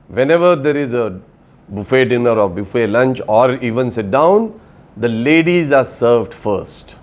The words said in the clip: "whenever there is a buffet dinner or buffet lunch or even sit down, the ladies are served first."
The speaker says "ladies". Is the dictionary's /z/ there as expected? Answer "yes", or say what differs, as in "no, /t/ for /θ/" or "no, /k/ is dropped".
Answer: yes